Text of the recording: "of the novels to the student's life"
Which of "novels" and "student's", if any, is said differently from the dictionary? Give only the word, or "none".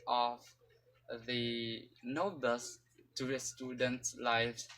novels